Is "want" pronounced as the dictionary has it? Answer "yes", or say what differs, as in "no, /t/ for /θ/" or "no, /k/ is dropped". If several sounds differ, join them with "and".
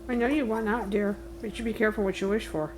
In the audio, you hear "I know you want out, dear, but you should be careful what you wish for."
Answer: no, /t/ is dropped